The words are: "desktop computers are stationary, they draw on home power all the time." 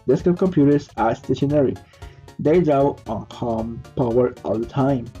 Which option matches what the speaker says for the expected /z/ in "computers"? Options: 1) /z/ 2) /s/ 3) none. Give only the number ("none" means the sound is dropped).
2